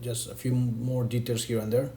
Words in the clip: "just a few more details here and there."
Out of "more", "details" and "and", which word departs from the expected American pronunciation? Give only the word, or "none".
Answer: details